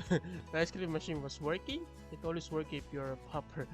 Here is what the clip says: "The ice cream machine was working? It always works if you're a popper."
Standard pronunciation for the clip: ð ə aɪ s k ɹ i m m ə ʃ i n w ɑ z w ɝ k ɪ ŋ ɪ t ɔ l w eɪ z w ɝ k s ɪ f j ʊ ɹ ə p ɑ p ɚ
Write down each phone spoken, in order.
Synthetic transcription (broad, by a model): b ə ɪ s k l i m m ə ʃ i n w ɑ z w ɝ k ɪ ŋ ɪ t ɔ l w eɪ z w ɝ k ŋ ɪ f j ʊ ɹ ə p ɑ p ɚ